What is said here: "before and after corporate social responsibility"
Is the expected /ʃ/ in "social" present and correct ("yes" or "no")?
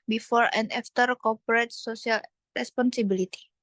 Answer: no